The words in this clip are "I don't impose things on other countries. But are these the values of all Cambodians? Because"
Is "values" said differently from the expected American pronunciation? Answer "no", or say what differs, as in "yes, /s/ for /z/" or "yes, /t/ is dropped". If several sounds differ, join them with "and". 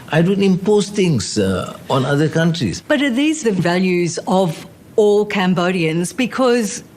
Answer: no